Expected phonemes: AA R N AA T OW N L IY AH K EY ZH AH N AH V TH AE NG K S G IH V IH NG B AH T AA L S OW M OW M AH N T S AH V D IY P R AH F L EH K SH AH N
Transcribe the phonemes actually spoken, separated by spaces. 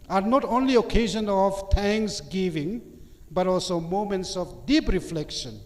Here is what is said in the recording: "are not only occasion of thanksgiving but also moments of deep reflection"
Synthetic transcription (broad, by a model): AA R N AA T OW N L IY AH K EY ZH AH N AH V T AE NG K S G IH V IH NG B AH T AA L S OW M OW M AH N T S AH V D IY P R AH F L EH K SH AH N